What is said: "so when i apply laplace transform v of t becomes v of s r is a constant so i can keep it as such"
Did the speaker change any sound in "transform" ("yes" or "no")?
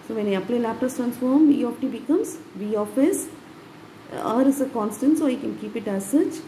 no